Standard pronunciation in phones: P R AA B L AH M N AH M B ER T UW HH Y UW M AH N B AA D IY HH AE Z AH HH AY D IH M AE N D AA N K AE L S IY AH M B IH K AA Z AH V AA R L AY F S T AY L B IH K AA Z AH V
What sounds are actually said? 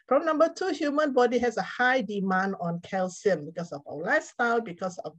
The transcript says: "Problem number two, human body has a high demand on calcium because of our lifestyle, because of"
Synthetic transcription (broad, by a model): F R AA M N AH M B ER T UW HH Y UW M AH N B AA D IY HH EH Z AH HH AY D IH M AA N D AA N K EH L S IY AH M B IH K AA S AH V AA W L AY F S T AY L B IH K AA S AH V